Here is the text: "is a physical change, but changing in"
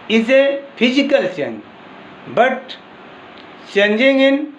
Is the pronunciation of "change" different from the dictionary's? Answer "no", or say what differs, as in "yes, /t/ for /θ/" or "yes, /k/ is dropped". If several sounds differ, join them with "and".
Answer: yes, /s/ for /tʃ/